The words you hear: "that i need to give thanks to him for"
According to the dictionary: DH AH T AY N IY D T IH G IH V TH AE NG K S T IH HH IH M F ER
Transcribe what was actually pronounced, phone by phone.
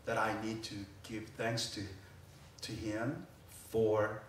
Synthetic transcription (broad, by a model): DH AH T AY N IY D T IH G IH V TH AE NG K S T IH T IH M F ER